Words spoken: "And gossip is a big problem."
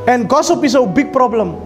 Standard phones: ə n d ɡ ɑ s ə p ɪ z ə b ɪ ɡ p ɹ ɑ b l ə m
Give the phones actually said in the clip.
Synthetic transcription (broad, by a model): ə n ɡ ɑ s ə p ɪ s ə b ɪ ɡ p ɹ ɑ b l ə m